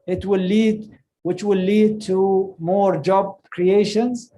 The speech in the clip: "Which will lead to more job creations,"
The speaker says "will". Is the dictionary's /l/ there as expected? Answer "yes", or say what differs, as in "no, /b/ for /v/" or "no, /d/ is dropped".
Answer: no, /w/ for /l/